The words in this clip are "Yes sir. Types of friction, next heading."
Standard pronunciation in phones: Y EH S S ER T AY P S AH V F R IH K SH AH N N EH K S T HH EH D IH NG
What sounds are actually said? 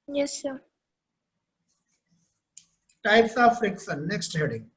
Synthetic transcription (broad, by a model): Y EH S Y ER T AY P S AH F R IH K S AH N N EH K S T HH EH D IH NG